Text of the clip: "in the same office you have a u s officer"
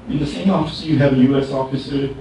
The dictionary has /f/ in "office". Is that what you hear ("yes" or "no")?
yes